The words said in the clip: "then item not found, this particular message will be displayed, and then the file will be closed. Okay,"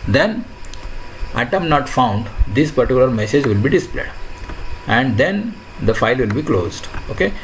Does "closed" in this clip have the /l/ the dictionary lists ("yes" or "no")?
yes